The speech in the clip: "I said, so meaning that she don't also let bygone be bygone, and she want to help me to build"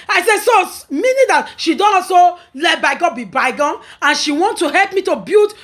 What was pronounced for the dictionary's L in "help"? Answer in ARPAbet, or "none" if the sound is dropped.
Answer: L